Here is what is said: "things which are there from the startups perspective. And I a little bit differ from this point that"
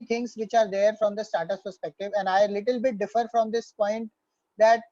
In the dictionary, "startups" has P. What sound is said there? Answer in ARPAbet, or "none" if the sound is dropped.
none